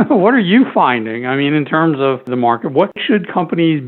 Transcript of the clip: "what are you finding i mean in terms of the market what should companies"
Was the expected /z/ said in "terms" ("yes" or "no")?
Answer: yes